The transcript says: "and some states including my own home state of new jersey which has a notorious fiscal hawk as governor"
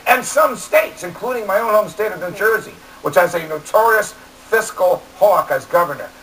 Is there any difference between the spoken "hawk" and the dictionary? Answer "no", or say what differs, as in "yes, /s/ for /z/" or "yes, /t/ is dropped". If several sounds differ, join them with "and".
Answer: no